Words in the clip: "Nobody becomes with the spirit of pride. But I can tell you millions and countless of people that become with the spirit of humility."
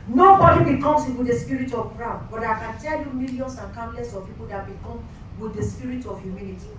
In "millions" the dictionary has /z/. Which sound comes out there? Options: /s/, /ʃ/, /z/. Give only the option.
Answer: /s/